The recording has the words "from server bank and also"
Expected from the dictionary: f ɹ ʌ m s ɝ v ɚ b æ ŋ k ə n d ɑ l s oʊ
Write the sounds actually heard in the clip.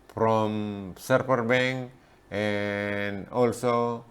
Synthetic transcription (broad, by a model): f ɹ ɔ m s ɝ p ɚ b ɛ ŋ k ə n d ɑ l s oʊ